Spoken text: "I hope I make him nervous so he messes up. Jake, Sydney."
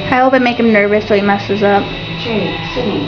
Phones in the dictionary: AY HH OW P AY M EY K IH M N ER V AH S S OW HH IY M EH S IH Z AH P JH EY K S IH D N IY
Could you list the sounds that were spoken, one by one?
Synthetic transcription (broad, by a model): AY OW B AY M EY K IH M N ER V AH S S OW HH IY M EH S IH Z AH P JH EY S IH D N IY